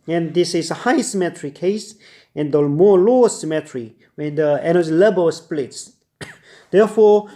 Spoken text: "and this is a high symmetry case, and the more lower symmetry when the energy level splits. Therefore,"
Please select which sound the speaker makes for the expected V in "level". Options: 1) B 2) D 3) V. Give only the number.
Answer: 1